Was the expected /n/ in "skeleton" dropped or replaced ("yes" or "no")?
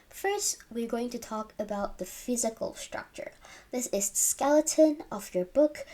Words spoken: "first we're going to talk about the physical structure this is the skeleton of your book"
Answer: no